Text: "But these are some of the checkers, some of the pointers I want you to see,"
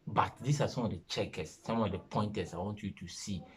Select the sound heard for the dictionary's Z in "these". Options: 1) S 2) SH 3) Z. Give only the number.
1